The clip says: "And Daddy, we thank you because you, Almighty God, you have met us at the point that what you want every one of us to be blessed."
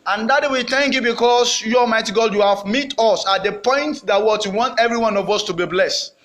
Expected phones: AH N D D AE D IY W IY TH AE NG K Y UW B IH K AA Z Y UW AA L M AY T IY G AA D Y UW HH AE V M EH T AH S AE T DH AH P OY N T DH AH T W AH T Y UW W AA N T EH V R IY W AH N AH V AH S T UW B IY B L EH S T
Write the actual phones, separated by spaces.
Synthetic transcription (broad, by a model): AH N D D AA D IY W IY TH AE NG K Y UW B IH K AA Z Y UW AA M AY T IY G AA D Y UW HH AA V M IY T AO S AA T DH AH P OY N T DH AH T W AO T Y UW W AA N T EH V R IY W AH N AH V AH S T UW B IY B L EH S T